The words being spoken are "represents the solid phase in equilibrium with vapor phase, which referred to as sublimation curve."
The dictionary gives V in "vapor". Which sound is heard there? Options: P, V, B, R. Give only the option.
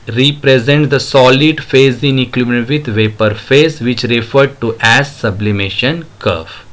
V